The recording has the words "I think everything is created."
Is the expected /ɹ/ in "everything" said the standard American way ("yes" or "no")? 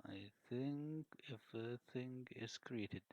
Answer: no